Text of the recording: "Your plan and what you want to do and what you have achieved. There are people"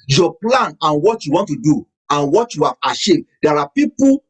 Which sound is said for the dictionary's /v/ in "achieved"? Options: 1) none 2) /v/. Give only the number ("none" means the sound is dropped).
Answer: 1